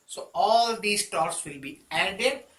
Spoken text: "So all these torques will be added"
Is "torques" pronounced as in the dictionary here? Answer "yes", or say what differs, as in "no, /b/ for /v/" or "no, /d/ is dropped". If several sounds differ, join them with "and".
no, /k/ is dropped